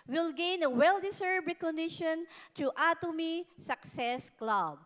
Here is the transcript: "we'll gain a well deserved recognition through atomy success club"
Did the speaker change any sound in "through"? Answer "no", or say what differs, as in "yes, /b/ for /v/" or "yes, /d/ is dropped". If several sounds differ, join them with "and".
yes, /t/ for /θ/